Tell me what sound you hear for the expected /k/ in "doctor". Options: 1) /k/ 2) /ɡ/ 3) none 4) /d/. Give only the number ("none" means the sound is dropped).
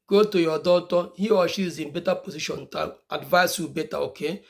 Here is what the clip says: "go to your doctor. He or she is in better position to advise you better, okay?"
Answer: 3